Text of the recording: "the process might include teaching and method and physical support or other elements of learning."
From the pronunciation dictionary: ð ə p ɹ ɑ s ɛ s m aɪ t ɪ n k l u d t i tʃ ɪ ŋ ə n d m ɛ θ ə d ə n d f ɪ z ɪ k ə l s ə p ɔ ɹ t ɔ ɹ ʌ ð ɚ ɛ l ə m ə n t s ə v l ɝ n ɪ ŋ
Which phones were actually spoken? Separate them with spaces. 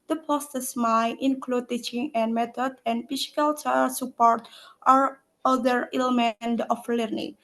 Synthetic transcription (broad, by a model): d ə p ɑ s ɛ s m aɪ t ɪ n k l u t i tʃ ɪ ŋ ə n m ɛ t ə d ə n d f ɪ s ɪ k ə l s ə p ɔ ɹ t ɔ ɹ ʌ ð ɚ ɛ l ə m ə n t ə f l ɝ n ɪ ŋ